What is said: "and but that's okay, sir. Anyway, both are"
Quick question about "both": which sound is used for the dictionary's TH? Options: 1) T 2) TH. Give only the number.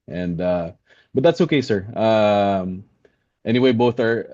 2